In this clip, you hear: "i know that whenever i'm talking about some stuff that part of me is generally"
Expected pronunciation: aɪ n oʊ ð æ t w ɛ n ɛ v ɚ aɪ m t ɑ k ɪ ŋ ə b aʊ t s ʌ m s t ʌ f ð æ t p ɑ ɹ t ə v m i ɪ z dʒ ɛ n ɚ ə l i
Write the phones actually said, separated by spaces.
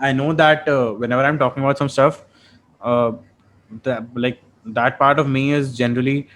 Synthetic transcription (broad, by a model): aɪ n oʊ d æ t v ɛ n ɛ v ɚ aɪ m t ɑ k ɪ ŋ ə b aʊ t s ʌ m s t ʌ f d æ t p ɑ ɹ t ə v m i ɪ z dʒ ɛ n ɚ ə l i